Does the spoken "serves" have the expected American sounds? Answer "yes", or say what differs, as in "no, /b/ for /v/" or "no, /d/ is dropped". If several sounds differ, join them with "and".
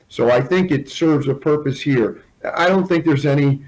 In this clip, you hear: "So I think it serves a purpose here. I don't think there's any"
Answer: yes